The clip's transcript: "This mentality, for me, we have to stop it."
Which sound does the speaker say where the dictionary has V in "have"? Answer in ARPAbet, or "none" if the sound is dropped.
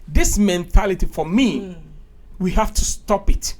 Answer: F